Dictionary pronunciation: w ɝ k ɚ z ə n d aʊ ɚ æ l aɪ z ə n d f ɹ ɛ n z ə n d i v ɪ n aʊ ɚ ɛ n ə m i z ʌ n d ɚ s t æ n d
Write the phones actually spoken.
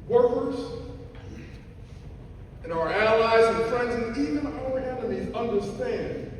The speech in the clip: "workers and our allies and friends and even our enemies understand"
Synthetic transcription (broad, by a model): w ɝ k ɚ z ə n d aʊ ɚ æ l aɪ z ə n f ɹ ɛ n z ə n i v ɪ n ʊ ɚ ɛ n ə i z ʌ n d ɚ s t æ n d